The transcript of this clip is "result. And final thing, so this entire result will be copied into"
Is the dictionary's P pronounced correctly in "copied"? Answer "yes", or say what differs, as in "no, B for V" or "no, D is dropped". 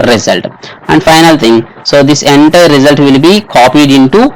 yes